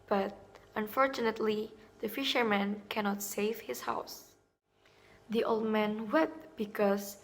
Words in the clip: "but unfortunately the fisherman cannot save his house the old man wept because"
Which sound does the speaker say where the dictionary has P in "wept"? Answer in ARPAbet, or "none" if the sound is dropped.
none